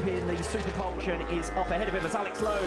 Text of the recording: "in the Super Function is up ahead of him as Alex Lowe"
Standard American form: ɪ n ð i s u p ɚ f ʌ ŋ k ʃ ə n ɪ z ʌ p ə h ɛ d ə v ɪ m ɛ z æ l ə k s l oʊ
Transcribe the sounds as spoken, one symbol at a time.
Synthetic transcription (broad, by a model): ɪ n ð i s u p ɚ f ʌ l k ʃ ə n ɪ z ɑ f ə h ɛ d ə v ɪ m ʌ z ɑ l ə k s l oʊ